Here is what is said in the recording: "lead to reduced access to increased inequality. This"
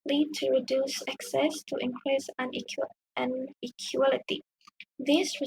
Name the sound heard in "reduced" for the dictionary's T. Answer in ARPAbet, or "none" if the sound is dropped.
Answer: none